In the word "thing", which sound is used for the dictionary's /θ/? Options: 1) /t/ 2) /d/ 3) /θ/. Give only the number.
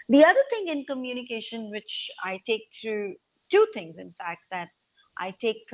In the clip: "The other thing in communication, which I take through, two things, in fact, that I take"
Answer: 1